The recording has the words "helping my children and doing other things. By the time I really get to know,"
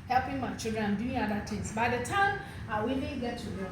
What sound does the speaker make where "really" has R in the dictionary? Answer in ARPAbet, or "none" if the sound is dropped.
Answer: W